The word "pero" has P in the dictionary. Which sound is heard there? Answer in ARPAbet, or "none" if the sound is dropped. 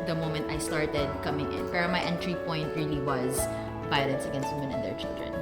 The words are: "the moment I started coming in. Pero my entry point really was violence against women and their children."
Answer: F